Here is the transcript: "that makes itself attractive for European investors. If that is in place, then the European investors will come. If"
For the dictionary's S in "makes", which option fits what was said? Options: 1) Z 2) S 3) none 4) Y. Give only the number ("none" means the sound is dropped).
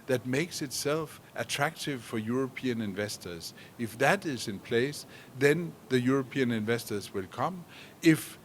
2